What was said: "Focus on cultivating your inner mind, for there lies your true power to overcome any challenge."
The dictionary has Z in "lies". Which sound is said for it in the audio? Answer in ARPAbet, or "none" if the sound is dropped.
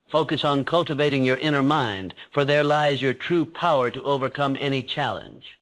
Z